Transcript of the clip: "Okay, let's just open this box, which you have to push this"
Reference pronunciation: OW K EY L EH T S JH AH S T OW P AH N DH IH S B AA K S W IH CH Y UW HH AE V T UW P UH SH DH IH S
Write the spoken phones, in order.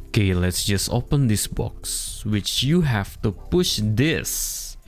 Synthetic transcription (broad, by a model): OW K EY L EH T S JH AH S T OW P AH N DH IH S B AA K S W IH CH Y UW HH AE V T UW P UH SH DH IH S